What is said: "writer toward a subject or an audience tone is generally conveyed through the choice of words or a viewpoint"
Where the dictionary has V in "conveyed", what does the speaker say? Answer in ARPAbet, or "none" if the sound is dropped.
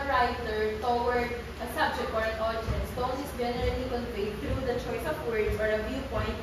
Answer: W